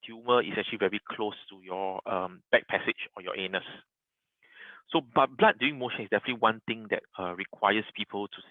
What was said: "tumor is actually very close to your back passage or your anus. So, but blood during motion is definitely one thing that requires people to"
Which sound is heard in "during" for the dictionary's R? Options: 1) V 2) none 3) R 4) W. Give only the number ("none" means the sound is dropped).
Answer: 2